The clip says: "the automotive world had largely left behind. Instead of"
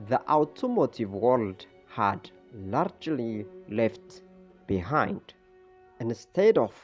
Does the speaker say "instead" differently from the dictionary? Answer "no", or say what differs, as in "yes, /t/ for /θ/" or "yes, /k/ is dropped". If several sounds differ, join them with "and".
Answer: no